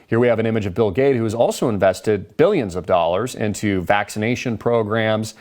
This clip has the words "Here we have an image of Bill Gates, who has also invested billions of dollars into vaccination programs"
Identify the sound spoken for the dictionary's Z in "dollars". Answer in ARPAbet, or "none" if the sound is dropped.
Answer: Z